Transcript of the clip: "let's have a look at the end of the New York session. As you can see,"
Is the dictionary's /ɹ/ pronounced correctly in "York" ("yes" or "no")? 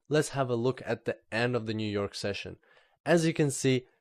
yes